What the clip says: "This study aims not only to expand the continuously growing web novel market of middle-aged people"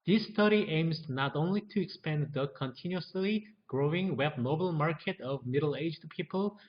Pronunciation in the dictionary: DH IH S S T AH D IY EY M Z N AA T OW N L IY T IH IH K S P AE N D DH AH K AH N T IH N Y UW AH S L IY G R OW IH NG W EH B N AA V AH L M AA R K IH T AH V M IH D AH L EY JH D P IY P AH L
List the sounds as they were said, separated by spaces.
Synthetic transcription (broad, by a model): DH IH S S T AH D IY EY M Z N AA T OW N L IY T IH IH K S P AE N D DH AH K AH N T IH N Y UW AH S L IY G R OW IH NG W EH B N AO AH L M AA R K IH T AH V M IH D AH L EY JH D P IY P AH L